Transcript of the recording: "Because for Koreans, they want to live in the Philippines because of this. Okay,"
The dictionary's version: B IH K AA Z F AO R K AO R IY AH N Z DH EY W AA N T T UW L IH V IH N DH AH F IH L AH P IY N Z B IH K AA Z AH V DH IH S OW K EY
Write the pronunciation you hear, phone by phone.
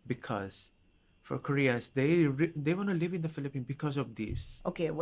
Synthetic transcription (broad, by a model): B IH K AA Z F AO R K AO R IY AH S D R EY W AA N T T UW L IH V IH N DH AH F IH L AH P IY N B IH K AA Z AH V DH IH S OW K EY